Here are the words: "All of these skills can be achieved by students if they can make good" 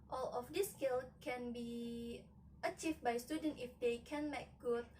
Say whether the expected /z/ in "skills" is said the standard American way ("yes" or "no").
no